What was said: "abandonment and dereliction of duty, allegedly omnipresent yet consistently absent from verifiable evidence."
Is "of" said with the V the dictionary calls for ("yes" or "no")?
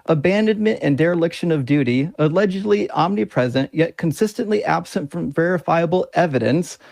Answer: yes